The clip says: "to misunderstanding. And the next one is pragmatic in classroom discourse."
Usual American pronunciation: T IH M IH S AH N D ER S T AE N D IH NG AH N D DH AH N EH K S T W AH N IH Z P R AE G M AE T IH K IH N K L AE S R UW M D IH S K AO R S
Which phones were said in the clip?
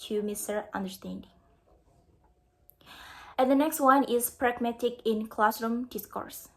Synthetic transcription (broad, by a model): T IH M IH S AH N D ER S T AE N D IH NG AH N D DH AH N EH K S T W AH N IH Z P R AE G M AE T IH K IH N K L AE S R UW M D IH S K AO R S